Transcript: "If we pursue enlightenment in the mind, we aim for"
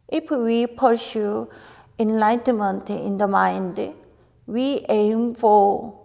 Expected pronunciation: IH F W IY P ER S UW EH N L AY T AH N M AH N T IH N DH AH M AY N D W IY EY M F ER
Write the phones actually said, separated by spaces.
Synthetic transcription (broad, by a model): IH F W IY P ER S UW EH N L AY T AH N M AH N T IH N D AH M AY N D W IY EY M F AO